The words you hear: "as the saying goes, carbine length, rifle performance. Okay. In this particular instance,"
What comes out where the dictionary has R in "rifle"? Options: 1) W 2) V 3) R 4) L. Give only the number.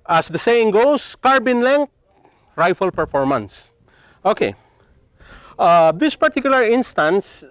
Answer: 3